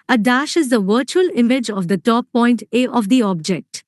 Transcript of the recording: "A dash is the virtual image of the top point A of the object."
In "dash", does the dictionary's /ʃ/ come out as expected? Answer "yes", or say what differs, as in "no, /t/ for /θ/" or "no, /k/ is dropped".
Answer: yes